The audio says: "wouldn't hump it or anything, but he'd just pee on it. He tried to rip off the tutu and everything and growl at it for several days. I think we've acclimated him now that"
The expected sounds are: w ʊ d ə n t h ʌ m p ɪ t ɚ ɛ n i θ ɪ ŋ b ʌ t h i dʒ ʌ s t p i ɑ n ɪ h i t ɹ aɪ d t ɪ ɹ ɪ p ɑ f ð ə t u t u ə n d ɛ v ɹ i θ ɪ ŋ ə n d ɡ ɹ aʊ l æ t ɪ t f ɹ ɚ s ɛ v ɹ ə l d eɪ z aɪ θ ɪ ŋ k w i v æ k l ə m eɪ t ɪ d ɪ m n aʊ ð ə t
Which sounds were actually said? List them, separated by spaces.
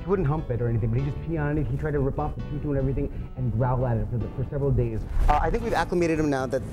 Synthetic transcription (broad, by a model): w ʊ d n t h ʌ m p ɪ t ɚ ɛ n i θ ɪ ŋ b ʌ t h i dʒ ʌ s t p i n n ɪ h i t ɹ aɪ d t ɪ ɹ ɪ p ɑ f ð ə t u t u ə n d ɛ v ɹ i θ ɪ ŋ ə n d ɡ ɹ aʊ l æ t ɪ t f ɹ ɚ s ɛ v ɹ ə l d eɪ z aɪ θ ɪ ŋ k w i v æ k l ə m eɪ t ɪ d ɪ m n aʊ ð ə t